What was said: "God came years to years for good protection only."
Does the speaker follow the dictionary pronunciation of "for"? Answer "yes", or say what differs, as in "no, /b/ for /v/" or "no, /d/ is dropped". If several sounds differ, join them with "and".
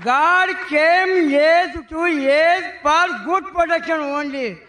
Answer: no, /p/ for /f/